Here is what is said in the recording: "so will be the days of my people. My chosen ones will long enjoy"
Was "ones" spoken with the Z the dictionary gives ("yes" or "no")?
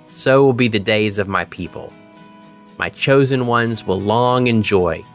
yes